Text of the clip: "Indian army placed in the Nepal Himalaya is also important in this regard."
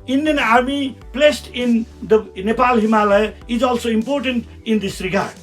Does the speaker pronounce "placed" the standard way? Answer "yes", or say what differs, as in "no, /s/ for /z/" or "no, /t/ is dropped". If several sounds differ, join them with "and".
yes